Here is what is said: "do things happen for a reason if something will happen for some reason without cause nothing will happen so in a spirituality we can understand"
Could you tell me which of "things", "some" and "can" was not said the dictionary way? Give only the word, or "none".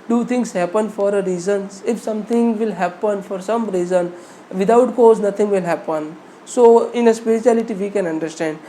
things